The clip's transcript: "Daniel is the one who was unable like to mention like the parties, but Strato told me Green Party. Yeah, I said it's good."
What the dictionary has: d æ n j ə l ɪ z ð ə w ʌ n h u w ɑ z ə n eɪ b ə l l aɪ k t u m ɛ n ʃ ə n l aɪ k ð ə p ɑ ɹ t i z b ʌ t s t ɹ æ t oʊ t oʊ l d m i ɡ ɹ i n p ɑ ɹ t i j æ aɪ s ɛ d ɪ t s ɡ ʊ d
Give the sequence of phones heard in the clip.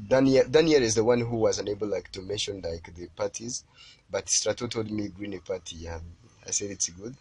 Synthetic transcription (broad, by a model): d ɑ n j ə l ɪ z ð ə w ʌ n h u w ɑ z ə n eɪ b ə l l aɪ k t u m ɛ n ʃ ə n l aɪ k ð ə p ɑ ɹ t i z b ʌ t s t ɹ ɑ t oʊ t oʊ l d m i ɡ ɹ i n p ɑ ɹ t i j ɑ aɪ s ɛ d ɪ t s ɡ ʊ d